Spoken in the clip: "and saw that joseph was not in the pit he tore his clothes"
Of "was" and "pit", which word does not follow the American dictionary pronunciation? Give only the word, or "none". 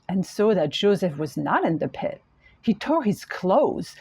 none